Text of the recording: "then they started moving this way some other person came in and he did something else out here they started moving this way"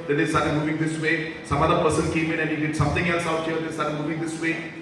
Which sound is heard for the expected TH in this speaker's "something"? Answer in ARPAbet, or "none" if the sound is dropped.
T